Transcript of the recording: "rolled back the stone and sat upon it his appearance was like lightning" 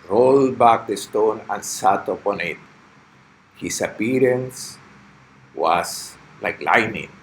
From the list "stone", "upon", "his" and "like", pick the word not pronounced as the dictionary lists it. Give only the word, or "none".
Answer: his